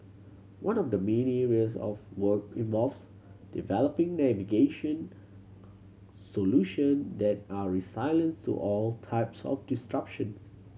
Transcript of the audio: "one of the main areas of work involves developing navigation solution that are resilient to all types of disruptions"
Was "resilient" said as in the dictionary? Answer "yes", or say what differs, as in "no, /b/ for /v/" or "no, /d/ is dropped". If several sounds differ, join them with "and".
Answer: no, /s/ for /z/